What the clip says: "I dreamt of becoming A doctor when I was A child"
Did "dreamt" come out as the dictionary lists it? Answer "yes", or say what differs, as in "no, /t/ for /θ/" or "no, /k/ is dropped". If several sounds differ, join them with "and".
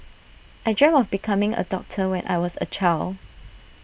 no, /t/ is dropped